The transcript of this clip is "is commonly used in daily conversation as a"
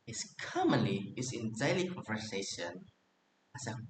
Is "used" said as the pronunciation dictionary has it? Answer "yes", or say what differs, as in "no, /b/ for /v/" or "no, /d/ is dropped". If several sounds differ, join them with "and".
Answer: no, /d/ is dropped